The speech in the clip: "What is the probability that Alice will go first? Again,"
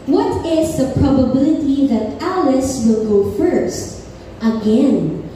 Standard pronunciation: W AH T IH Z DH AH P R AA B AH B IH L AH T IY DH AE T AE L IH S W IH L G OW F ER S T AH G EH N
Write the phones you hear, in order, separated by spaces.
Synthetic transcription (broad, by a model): W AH T IH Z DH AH P R AA B AH B IH L AH T IY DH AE T AE L IH S W IH L G OW F ER S T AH G EH N